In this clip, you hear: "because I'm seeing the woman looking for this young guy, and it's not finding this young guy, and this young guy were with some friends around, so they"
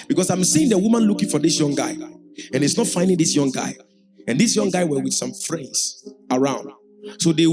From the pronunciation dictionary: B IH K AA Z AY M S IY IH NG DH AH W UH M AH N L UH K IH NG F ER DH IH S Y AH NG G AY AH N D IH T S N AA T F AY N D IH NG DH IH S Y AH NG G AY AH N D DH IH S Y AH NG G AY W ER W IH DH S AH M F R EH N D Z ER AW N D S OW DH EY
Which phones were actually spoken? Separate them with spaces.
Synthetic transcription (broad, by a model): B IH K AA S AY M S IY IH NG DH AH W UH M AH N L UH K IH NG F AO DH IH S Y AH NG G AY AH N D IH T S N AA T F AY N D IH NG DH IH S Y AH NG G AY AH N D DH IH S Y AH NG G AY W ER W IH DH S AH M F R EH N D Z ER AW N D S OW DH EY